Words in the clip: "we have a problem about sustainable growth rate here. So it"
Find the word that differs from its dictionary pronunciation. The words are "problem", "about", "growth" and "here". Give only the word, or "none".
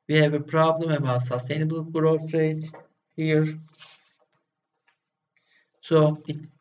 growth